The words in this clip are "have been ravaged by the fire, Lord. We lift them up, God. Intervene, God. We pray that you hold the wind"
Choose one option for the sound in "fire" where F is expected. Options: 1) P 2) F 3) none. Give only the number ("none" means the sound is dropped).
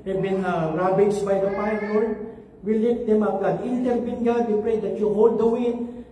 1